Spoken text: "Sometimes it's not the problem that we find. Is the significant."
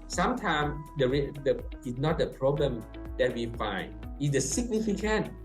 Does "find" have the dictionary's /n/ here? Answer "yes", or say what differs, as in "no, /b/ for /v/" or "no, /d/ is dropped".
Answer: yes